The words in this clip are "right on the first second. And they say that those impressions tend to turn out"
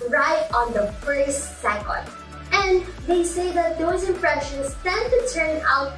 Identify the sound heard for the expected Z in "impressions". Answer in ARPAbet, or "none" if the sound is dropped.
S